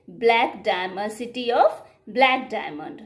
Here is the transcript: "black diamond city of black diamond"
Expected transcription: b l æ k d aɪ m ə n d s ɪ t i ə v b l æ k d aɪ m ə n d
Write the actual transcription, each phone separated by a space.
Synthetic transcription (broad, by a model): b l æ k d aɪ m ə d s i t i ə p b l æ k d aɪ m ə n d